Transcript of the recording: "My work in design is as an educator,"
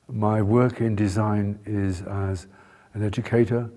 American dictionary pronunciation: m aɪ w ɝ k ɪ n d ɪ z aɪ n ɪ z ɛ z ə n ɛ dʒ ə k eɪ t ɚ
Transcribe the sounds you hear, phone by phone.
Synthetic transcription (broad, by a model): m aɪ w ɝ k ɪ n d ɪ z aɪ n ɪ z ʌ z ə n ɛ dʒ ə k eɪ t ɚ